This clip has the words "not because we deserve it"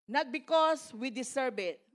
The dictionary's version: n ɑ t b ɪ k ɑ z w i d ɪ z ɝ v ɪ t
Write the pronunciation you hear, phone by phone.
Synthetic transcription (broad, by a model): n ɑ t b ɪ k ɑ s w i d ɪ s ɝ b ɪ t